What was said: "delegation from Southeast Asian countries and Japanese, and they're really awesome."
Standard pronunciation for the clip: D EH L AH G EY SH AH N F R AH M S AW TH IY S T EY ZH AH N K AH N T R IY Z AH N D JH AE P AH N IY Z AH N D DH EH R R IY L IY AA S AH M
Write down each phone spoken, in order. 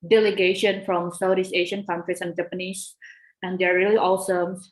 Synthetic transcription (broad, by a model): D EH L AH G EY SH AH N F R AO M S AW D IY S EY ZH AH N K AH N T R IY S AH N JH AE P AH N IY S AH N D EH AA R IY L IY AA S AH M